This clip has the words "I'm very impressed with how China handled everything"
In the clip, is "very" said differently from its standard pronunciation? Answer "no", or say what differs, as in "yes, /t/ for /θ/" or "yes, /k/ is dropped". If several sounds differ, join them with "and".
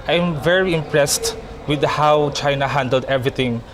no